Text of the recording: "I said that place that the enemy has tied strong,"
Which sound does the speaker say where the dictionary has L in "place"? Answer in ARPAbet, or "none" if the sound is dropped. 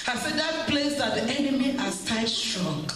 L